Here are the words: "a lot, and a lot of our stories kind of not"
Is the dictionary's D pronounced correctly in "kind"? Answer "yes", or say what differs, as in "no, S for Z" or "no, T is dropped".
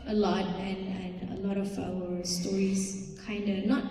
yes